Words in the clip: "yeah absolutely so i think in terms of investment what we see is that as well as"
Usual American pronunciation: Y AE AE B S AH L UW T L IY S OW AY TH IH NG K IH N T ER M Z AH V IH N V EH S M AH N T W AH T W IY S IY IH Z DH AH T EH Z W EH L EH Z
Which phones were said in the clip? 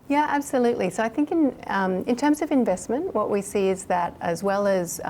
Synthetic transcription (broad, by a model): Y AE AE B S AH L UW T L IY S OW AY TH IH NG K IH N T ER M Z AH V IH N V EH S M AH N T W AH T W IY S IY IH Z DH AH T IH Z W EH L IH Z